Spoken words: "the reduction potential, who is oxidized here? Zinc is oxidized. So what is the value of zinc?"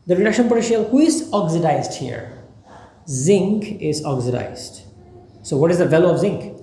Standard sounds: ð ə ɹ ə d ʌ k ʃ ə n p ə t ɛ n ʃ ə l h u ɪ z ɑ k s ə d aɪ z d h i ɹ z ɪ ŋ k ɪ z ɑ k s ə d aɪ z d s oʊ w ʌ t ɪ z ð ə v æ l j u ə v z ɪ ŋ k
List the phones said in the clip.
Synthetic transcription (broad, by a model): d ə ɹ ə d ʌ k ʃ ə n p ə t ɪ ʃ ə l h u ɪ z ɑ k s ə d aɪ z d h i ɹ z ɪ ŋ k ɪ z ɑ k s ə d aɪ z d s oʊ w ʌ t ɪ z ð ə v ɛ l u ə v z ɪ ŋ k